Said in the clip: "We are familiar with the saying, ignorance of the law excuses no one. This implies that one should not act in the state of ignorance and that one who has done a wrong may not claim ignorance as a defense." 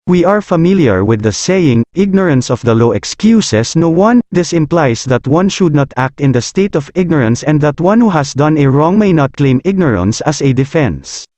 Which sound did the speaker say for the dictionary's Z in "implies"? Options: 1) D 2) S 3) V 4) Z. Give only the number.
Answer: 2